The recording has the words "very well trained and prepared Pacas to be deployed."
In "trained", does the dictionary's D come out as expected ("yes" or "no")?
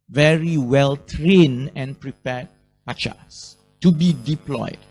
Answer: no